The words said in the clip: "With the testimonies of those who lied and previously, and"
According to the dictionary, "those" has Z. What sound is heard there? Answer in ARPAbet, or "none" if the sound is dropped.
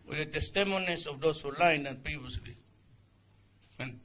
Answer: S